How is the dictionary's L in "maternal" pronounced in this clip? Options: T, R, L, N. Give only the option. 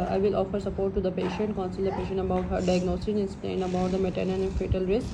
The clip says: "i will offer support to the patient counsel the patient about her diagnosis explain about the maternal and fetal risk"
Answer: N